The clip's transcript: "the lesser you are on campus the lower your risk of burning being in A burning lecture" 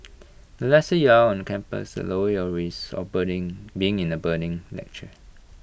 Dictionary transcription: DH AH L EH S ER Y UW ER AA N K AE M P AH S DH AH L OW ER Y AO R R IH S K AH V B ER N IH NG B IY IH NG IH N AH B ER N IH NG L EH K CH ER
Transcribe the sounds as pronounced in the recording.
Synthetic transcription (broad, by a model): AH L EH S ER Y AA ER AA N K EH M P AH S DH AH L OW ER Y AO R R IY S AH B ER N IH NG B IY IH NG IH N AH B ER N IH NG L EH K CH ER